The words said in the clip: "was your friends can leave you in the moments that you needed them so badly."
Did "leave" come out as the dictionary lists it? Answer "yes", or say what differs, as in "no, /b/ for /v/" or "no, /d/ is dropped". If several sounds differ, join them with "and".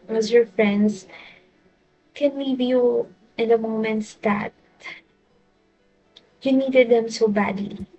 no, /w/ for /l/